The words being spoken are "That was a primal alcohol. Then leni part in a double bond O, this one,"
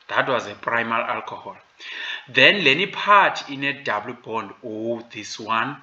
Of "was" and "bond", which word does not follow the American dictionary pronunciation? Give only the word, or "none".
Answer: none